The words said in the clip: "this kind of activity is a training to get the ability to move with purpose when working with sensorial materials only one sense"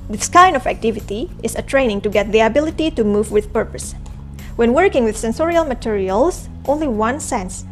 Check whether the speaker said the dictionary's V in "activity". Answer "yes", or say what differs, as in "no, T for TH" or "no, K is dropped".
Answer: yes